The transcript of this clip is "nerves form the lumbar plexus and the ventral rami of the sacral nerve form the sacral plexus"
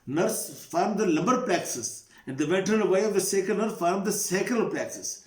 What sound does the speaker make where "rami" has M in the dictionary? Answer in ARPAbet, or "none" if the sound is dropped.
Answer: none